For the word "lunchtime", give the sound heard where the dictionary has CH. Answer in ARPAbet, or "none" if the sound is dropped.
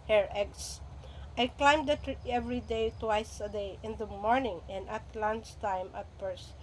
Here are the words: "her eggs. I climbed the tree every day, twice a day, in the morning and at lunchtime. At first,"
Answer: S